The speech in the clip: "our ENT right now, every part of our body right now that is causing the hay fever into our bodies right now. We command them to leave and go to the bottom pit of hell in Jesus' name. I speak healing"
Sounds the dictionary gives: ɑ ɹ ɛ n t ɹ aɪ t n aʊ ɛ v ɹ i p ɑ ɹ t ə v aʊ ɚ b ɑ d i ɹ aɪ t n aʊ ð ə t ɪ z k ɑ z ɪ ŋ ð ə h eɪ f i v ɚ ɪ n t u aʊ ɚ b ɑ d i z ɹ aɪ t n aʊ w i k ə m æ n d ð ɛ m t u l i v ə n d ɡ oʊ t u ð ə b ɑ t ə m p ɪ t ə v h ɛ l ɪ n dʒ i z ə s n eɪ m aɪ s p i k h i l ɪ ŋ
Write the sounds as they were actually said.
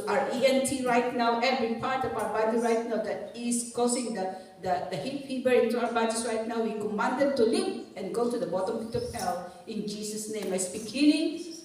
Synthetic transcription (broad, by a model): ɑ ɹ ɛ n t ɹ aɪ t n aʊ ɛ v ɹ i p ɑ ɹ t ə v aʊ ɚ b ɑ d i ɹ aɪ t n aʊ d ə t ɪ s k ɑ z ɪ ŋ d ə h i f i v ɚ ɪ n t u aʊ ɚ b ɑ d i s ɹ aɪ t n aʊ w i k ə m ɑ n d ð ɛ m t u l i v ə n ɡ oʊ t u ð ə b ɑ t ə m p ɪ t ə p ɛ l ɪ n dʒ i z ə s n eɪ m aɪ s p i k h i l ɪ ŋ